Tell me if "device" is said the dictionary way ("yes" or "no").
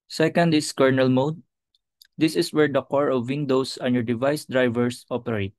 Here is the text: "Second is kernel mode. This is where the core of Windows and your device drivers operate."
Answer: yes